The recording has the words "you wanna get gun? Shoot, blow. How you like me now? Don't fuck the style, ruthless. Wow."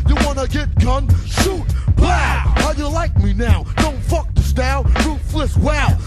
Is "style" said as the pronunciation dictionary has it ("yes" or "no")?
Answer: no